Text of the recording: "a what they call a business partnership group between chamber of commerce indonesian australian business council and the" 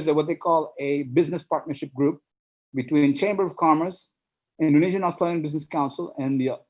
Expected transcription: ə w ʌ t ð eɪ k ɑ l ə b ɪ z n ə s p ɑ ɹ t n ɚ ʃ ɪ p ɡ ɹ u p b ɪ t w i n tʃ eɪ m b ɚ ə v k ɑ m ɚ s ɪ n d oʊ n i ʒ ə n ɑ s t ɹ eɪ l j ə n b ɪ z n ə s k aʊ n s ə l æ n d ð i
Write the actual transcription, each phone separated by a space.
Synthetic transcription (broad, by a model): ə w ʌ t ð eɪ k ɑ l ə b ɪ z n ə s p ɑ ɹ t n ɚ ʃ ɪ p ɡ ɹ u p b ɪ t w i n tʃ eɪ m b ɚ ə v k ɑ m ɚ s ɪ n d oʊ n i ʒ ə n ɑ s t ɹ eɪ l j ə n b ɪ z n ə s k aʊ n s ə l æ n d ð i